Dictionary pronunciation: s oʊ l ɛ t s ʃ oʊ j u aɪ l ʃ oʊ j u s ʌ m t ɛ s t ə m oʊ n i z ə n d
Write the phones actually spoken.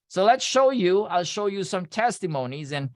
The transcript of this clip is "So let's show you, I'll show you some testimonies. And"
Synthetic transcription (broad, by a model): s oʊ l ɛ t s ʃ oʊ j u aɪ l ʃ oʊ j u s ʌ m t ɛ s t ə m oʊ n i z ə n